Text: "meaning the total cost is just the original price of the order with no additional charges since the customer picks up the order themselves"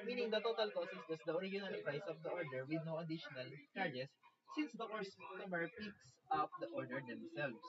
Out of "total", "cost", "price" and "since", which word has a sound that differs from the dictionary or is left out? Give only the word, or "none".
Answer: cost